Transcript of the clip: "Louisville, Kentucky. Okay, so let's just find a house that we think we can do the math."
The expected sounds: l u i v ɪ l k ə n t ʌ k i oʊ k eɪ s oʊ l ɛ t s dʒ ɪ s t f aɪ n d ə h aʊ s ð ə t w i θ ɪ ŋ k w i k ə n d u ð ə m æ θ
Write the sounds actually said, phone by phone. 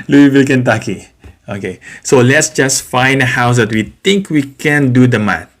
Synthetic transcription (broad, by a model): l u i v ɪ l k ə n t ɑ k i oʊ k eɪ s oʊ l ɛ t s dʒ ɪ s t f aɪ n d ə h aʊ s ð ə t w i t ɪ ŋ k w i k ə n d u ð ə m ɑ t